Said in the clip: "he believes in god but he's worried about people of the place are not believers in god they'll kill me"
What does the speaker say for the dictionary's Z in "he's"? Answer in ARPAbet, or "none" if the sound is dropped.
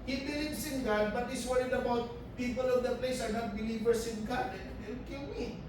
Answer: S